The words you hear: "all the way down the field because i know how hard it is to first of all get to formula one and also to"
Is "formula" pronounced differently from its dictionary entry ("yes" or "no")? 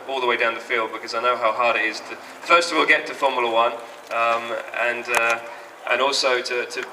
yes